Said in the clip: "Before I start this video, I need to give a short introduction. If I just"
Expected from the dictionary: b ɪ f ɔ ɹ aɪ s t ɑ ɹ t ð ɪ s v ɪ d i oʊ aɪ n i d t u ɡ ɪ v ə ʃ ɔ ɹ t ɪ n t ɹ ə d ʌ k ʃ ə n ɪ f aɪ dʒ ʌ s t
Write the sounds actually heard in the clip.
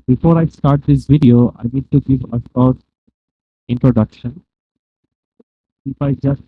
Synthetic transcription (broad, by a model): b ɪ f ɔ ɹ aɪ s t ɑ ɹ t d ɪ s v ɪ d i oʊ aɪ n i d t u ɡ ɪ v ə s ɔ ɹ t ɪ n t ɹ ə d ʌ k ʃ ə n ɪ f aɪ dʒ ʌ s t